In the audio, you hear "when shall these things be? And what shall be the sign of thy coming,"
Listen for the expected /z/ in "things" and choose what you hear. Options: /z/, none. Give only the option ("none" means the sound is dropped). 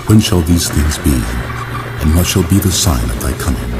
/z/